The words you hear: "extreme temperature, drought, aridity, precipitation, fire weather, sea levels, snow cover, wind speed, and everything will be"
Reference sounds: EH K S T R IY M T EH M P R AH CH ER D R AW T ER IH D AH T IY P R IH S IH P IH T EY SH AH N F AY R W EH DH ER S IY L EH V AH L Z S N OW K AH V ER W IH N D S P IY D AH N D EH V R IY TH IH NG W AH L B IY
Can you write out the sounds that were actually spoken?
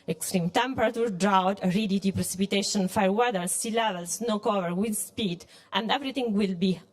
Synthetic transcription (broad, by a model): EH K S T R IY M T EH M P R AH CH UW D R AW T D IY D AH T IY P R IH S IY P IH T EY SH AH N F AY R W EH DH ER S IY L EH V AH L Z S N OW K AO V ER W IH D S P IY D AH N D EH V R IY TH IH NG W AH L B IY